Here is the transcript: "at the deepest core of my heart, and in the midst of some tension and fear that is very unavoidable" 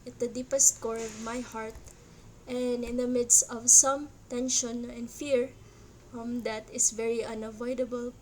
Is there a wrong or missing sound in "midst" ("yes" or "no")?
no